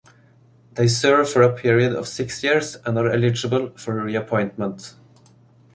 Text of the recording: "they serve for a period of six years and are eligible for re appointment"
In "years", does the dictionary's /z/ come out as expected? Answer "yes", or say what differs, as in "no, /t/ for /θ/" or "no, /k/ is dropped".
no, /s/ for /z/